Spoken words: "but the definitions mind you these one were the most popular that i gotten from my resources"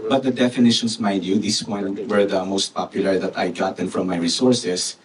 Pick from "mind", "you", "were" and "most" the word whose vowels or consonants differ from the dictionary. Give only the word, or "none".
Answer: mind